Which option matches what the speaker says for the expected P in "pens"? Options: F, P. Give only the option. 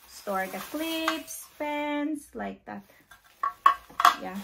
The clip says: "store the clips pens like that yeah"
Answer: F